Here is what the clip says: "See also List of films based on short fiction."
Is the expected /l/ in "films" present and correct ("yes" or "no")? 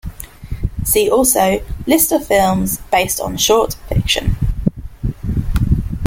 yes